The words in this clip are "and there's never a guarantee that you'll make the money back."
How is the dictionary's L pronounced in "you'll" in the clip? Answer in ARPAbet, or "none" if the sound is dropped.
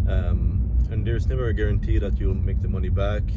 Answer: N